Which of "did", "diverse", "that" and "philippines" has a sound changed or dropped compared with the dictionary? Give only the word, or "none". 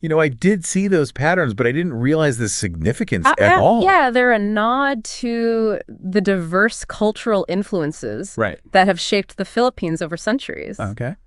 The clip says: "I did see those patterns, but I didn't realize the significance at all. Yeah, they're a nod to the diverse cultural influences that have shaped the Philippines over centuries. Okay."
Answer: none